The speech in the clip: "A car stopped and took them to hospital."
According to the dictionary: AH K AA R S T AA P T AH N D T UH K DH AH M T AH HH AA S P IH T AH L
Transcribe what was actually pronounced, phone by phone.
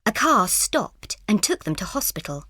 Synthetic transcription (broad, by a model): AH K AA R S T AA P T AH N T UH K DH AH M T AH HH AA S P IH T L